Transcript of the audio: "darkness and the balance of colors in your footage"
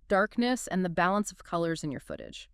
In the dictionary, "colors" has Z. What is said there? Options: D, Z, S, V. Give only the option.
Z